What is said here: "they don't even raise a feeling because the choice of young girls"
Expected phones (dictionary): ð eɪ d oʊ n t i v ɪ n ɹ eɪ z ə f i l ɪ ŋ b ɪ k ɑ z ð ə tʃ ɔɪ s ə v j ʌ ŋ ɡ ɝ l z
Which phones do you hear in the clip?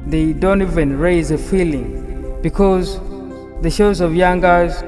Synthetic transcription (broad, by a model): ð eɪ d oʊ n t i v ɪ n ɹ eɪ z ə f i l ɪ ŋ b ɪ k ɑ z ð ə ʃ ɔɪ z ə v j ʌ ŋ ɡ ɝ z